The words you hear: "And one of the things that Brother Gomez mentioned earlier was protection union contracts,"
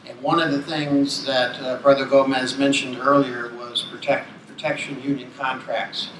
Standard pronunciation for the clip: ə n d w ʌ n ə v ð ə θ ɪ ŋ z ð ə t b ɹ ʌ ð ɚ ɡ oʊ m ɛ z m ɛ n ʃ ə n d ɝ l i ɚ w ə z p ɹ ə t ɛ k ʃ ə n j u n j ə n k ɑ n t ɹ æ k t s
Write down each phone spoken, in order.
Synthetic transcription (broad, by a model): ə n w ʌ n ə v ð ə θ ɪ ŋ z ð ə t b ɹ ʌ ð ɚ ɡ oʊ m ɛ z m ɛ n ʃ ə n d ɝ l i ɚ w ə z p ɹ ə t ɛ k ʃ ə n j u n j ə n k ɑ n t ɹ æ k t s